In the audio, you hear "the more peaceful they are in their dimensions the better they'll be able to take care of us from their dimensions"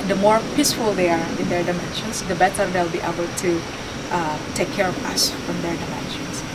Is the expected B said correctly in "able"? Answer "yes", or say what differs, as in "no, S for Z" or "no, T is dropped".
yes